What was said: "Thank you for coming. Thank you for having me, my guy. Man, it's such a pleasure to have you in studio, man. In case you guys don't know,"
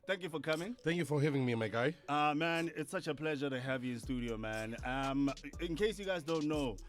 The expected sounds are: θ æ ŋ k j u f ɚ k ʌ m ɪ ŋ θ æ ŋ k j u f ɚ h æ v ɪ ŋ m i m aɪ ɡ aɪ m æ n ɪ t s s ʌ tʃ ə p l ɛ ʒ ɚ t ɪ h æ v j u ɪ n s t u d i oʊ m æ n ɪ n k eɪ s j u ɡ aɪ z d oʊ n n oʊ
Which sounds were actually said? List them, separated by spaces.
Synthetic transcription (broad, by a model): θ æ ŋ k j u f ɚ k ʌ m ɪ ŋ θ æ ŋ k j u f ɚ h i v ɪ ŋ m i m aɪ ɡ aɪ m æ n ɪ t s s ʌ tʃ ə p l ɛ ʒ ɚ t ɪ h æ v j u ɪ n s t u d i oʊ m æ n ɪ n k eɪ s j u ɡ aɪ z d oʊ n n oʊ